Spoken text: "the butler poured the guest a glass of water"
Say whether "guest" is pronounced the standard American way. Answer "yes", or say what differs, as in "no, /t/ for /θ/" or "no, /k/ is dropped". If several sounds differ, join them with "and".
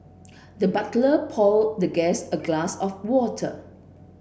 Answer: no, /t/ is dropped